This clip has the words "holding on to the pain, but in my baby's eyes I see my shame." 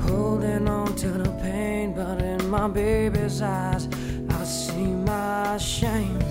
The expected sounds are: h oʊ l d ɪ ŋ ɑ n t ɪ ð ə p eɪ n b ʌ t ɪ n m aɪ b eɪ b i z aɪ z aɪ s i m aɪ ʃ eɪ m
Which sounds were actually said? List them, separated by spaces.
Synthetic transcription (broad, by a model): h oʊ l d ɪ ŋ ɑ n t ɪ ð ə p eɪ n b ʌ t ɪ n m aɪ b eɪ b i z aɪ z aɪ s i m aɪ ʃ eɪ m